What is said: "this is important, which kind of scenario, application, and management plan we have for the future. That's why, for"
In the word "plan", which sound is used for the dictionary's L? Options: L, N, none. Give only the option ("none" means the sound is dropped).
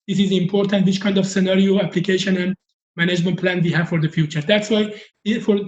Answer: L